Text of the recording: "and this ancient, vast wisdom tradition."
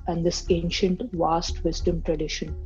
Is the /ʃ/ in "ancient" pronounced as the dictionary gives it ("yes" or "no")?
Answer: yes